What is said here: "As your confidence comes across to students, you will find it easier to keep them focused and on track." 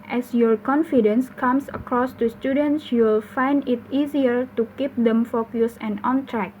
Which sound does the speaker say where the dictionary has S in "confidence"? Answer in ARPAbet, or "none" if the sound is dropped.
S